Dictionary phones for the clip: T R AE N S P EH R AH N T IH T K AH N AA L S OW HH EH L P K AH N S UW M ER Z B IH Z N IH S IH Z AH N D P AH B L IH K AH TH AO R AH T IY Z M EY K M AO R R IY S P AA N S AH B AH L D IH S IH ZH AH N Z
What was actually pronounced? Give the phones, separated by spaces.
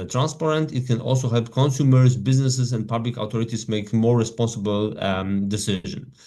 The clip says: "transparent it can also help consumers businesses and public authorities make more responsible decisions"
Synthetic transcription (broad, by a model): T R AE N S P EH R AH N T IH T K AH N AA L S OW HH EH L P K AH N S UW M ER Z B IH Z N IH S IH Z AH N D P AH B L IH K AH T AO R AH T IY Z M EY K M AO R R IY S P AA N S AH B AH L D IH S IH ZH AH N